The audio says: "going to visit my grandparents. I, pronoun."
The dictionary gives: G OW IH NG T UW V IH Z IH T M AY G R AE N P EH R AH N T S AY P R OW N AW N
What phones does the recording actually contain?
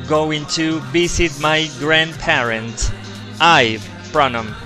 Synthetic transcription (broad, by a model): G OW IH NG T UW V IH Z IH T M AY G R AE N P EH R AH N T AY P R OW N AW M